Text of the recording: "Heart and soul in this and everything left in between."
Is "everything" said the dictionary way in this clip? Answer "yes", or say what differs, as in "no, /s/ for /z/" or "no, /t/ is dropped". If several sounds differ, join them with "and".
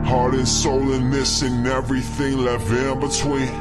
yes